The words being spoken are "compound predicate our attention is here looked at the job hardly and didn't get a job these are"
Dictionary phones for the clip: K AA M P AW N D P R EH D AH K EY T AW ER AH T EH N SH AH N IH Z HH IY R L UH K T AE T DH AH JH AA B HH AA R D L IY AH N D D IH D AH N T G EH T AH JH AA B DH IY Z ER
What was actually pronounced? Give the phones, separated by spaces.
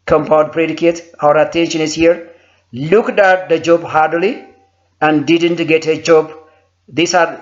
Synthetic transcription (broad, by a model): K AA M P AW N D P R EH D AH K EY T AW ER AH T EH N SH AH N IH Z HH IY R L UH K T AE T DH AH JH AA B HH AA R D L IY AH N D D IH D AH N T G EH T AH JH AA B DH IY S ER